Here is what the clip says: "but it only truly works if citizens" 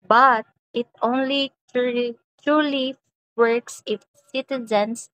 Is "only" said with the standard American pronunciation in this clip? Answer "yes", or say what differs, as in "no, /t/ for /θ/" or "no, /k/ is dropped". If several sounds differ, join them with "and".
yes